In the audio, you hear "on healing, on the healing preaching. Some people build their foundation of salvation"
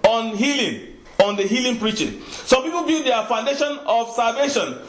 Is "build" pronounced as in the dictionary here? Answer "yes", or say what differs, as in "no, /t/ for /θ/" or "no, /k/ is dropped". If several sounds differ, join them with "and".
no, /l/ is dropped